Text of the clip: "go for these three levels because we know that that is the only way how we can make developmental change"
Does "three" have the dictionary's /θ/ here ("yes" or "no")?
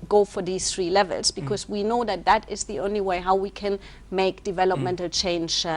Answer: yes